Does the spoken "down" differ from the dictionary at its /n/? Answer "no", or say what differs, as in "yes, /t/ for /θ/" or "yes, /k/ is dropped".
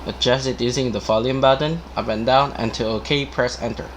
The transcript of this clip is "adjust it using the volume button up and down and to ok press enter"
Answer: no